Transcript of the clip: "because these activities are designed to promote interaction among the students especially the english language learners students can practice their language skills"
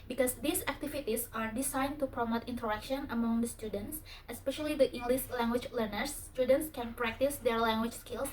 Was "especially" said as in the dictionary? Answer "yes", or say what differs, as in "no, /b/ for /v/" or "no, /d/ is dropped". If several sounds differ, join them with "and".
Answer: yes